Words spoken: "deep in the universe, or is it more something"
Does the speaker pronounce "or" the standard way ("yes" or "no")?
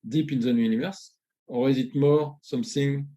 no